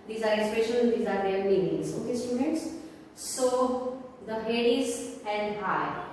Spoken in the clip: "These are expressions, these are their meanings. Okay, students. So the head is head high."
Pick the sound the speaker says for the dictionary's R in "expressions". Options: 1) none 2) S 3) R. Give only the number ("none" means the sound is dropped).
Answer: 1